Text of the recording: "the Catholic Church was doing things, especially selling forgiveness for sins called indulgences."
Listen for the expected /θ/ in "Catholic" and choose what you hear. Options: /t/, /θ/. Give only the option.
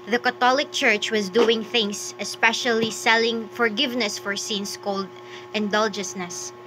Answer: /t/